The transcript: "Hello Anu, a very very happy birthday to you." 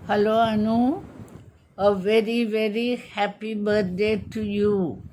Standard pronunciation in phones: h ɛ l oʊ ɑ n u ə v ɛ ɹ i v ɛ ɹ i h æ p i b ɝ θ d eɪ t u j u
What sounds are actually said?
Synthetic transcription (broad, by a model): h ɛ l oʊ ɑ n u ə v ɛ ɹ i v ɛ ɹ i h æ p i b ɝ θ d eɪ t u j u